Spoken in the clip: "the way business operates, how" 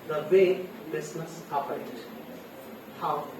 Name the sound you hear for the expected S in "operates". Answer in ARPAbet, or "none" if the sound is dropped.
none